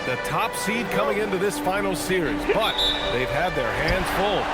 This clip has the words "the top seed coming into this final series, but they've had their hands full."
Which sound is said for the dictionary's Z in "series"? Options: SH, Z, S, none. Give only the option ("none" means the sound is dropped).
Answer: Z